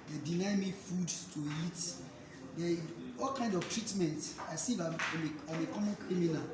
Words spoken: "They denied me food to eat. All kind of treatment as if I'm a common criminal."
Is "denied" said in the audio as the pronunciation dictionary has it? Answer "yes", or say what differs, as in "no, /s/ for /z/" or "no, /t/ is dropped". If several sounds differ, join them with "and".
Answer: no, /l/ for /n/